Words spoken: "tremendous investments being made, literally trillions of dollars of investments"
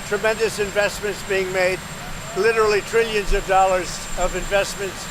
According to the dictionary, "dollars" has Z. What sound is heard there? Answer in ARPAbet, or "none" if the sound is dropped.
Z